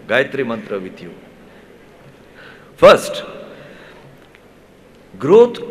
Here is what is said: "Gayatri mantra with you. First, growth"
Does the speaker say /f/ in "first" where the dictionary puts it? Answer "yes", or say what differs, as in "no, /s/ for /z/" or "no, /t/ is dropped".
no, /p/ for /f/